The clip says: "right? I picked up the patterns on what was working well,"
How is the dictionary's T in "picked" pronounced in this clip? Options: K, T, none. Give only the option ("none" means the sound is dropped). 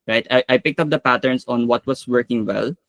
T